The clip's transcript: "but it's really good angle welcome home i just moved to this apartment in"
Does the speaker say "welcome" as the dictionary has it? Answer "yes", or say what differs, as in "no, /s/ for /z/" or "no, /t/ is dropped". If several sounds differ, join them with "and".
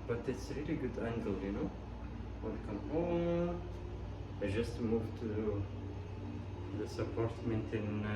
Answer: no, /n/ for /l/